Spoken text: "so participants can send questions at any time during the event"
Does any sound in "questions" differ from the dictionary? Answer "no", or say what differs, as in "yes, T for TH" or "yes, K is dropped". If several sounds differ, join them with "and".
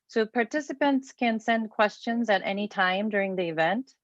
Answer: no